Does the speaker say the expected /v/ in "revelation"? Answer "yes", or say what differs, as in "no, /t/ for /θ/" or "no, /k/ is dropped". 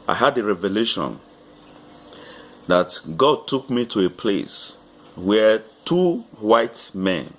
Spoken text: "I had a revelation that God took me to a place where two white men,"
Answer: yes